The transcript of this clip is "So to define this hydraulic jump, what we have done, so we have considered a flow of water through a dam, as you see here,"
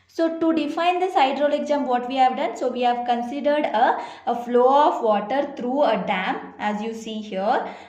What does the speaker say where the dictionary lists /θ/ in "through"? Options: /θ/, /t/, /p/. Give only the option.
/t/